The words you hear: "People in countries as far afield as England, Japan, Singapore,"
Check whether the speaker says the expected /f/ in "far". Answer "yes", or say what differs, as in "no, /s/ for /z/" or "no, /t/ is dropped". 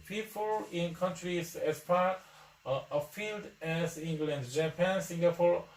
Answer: no, /p/ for /f/